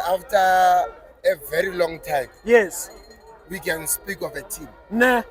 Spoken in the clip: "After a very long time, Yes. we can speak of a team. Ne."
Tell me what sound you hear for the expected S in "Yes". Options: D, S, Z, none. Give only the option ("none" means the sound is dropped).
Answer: S